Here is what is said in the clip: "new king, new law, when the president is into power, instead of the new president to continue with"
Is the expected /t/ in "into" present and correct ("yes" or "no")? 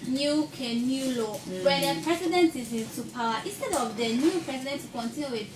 no